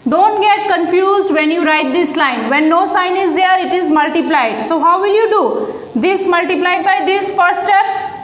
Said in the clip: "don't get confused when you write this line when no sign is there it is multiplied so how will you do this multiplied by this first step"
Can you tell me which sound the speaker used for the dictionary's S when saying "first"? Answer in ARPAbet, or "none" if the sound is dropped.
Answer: none